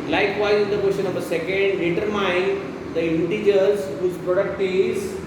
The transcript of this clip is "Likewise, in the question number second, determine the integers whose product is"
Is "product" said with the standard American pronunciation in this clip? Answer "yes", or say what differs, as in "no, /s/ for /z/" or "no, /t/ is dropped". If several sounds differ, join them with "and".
yes